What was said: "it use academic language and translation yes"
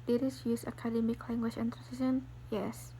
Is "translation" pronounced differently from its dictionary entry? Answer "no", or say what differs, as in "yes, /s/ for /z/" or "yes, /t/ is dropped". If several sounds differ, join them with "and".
yes, /n/ is dropped and /l/ is dropped